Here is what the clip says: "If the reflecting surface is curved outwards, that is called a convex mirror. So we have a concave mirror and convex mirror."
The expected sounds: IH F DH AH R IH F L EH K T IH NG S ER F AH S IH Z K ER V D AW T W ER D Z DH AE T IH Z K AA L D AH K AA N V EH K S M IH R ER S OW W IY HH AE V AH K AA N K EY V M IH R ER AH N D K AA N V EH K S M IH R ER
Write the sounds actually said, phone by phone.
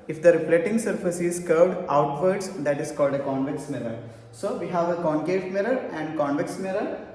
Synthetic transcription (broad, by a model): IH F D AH R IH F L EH T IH NG S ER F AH S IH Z K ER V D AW T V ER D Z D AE T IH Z K AA L D AH K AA N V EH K S M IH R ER S OW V IY HH AE V AH K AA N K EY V M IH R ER AH N D K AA N V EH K S M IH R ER